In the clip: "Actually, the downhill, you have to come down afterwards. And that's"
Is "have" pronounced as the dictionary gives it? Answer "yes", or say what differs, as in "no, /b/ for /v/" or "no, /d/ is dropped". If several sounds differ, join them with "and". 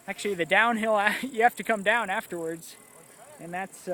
no, /f/ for /v/